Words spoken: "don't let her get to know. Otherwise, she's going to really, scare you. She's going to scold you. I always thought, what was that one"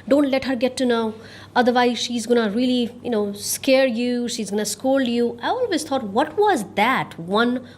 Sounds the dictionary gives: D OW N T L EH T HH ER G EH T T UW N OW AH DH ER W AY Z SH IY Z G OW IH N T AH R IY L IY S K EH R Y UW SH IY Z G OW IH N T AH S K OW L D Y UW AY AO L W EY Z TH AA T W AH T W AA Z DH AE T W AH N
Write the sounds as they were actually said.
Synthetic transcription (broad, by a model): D OW N T L EH T HH ER G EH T T UW N OW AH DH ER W AY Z SH IY Z G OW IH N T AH L IY N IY S K EH R Y UW SH IY Z G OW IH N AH S K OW L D Y UW AY AO L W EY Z T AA T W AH T W AA Z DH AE T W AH N